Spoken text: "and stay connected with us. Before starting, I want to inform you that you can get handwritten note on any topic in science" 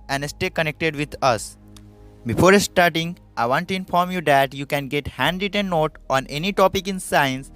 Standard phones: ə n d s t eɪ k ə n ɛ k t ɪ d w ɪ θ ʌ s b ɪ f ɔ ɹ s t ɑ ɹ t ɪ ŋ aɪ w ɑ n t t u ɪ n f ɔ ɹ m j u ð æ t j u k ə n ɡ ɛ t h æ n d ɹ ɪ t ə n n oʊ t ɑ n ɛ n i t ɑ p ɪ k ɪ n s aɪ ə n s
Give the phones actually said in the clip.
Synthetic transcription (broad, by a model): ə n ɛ s t eɪ k ə n ɛ k t ɪ d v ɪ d ʌ s b ɪ f ɔ ɹ s t ɑ ɹ t ɪ ŋ aɪ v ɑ n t t u ɪ n f ɔ ɹ m j u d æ t j u k ə n ɡ ɛ t h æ n d ɪ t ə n n oʊ t ɑ n ɛ n i t ɑ p ɪ k ɪ n s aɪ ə n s